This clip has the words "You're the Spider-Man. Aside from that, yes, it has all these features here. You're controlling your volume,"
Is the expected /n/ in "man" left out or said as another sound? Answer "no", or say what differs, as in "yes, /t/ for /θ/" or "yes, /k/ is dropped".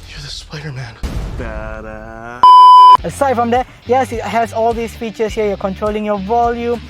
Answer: no